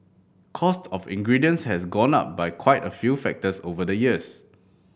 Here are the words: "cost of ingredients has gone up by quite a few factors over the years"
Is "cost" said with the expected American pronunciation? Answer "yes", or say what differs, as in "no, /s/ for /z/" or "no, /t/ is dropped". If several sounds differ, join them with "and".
yes